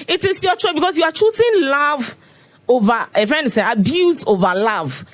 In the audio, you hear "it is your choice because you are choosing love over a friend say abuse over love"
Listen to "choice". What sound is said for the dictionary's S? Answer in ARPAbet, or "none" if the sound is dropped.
none